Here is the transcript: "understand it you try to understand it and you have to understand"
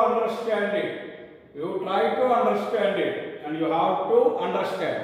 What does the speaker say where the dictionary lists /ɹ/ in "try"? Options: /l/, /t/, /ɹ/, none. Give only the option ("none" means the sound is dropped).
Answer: /l/